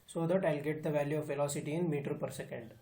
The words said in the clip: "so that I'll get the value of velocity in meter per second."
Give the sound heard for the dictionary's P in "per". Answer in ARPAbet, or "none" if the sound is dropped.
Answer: P